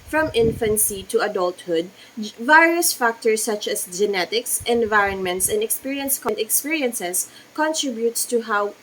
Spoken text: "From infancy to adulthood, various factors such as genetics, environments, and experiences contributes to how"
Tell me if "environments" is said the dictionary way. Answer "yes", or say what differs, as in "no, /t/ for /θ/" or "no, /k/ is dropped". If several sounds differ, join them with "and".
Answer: yes